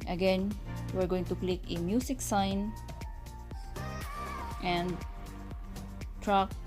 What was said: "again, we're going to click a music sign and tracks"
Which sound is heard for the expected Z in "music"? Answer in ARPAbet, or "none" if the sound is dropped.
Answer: S